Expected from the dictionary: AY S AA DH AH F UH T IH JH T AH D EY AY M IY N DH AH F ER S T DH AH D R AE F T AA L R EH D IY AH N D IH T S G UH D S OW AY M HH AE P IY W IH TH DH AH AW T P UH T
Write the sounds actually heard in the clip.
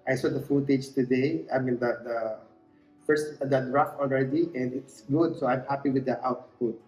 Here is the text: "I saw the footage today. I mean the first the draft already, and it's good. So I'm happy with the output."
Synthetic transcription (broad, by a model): AY S AA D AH F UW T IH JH T AH D EY AY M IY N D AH F ER S T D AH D R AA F AA L R EH D IY AH N D IH T S G UH D S OW AY M HH AE P IY W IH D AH AW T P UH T